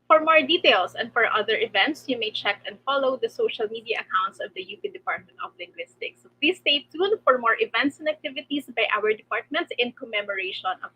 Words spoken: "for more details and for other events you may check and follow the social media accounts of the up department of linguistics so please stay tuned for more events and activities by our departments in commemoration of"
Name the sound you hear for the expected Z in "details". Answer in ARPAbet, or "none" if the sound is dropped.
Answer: S